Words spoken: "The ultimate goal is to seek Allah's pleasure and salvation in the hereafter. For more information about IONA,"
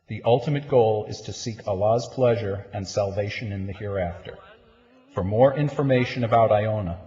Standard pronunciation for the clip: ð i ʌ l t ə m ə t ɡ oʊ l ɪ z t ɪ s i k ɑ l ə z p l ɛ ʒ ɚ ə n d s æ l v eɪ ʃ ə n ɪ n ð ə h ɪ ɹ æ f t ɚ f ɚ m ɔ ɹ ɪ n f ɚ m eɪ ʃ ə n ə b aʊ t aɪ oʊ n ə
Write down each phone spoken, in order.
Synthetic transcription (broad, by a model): ð i ʌ l t ə m ə t ɡ oʊ l ɪ z t ɪ s i k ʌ l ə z p l ɛ ʒ ɚ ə n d s æ l v eɪ ʃ ə n ɪ n ð ə h ɪ ɹ æ f t ɚ f ɚ m ɔ ɹ ɪ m f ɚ m eɪ ʃ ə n ə b aʊ t aɪ oʊ n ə